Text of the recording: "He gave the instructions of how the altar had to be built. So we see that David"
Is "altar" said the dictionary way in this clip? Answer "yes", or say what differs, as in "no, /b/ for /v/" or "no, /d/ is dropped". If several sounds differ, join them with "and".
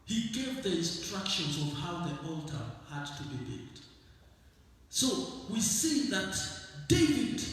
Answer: yes